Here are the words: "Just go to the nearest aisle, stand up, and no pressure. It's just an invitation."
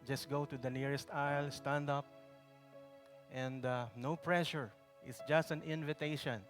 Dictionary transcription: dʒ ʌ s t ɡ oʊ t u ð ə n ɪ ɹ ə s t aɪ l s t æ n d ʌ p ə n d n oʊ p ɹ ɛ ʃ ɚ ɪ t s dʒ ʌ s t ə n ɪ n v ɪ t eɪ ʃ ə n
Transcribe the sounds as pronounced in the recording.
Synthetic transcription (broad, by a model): dʒ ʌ s t ɡ oʊ t u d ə n ɪ ɹ ə s t aɪ l s t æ n d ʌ p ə n d n oʊ p ɹ ɛ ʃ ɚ ɪ t s dʒ ʌ s t ə n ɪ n v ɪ t eɪ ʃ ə n